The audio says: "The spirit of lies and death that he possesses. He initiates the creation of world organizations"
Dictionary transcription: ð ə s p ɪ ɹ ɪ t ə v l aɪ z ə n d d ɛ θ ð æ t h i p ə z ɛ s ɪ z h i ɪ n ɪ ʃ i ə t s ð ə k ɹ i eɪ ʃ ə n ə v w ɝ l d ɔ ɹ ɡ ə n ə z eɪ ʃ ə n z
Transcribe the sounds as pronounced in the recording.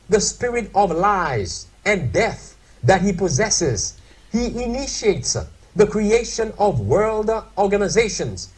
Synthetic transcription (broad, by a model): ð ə s p ɪ ɹ ɪ t ə v l aɪ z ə n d d ɛ θ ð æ t h i p ə z ɛ s ɪ z h i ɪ n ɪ ʃ i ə t s ð ə k ɹ i eɪ ʃ ə n ə v w ɝ l d ɔ ɹ ɡ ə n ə z eɪ ʃ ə n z